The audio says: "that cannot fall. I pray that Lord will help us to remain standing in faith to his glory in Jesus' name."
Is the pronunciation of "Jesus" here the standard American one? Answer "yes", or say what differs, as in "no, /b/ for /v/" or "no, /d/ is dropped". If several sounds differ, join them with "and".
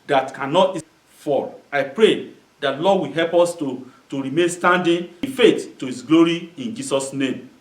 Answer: no, /s/ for /z/